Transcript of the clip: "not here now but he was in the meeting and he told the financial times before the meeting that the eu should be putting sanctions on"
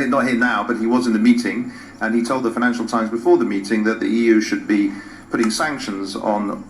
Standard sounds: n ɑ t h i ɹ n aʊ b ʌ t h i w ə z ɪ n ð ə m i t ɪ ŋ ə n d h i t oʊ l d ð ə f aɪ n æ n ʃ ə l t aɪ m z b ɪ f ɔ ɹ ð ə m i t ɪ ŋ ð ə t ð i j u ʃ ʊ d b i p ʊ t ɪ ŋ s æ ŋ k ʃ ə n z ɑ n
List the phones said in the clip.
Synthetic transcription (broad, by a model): n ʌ t h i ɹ n aʊ b ʌ t h i w ə z ɪ n ð ə m i t ɪ ŋ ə n i t oʊ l d ð ə f aɪ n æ n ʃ l t aɪ m z b ɪ f ɔ ɹ ð ə m i t ɪ ŋ ð ə t ð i j u ʃ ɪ d b i p ʊ t ɪ ŋ s æ ŋ k ʃ ə n z n